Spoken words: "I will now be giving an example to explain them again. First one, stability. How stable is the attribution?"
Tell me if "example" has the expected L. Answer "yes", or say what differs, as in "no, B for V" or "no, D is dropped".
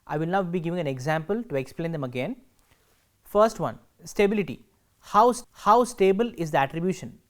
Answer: yes